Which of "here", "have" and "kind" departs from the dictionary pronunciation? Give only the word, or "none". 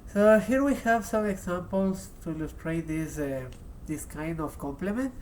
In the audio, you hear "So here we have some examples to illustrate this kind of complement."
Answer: none